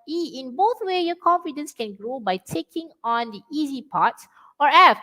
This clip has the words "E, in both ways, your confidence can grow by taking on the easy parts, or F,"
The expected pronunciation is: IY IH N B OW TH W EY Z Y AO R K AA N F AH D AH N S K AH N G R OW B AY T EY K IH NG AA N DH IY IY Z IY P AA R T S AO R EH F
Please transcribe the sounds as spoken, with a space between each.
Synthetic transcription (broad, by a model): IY IH N B OW TH W EY Y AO K AA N F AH D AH N S K AH N G R OW B AY T EY K IH NG AA N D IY IY Z IY P AA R T S AO R EH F